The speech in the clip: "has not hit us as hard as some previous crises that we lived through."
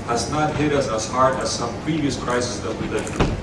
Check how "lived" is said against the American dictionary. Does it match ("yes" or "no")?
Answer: no